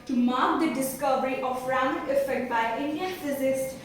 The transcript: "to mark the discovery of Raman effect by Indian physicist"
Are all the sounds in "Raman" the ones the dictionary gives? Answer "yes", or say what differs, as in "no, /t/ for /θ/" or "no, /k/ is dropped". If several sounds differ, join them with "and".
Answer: no, /m/ is dropped